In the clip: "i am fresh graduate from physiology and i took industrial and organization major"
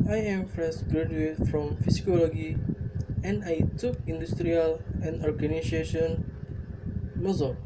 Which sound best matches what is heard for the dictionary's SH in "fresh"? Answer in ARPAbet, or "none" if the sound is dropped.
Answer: S